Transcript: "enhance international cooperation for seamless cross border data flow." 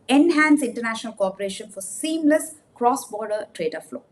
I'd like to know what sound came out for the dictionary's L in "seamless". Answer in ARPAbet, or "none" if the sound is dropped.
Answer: L